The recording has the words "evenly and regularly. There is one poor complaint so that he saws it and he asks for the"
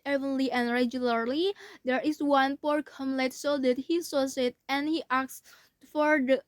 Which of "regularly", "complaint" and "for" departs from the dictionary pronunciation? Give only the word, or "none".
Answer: complaint